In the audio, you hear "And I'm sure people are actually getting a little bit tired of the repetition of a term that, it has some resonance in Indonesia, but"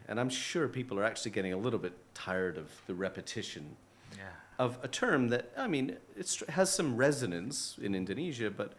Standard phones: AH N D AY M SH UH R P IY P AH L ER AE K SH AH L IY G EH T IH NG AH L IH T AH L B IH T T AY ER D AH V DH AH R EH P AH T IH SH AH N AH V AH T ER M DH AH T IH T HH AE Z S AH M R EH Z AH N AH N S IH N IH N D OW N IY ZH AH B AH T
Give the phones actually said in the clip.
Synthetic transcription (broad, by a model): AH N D AY M SH UH R P IY P L ER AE K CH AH L IY G EH T IH NG AH L IH T L B IH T T AY ER D AH V DH AH R EH P AH T IH SH AH N AH V AH T ER M DH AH T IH T HH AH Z S AH M R EH Z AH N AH N S IH N IH N D OW N IY ZH AH B AH T